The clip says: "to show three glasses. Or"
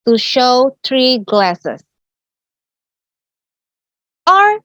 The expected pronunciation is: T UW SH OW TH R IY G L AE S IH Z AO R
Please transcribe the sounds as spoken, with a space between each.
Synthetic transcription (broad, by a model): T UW SH OW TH R IY G L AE S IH S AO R